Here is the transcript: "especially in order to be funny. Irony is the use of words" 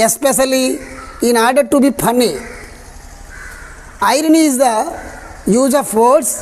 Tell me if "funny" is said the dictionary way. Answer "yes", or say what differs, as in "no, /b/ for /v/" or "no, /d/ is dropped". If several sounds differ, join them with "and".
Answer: no, /p/ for /f/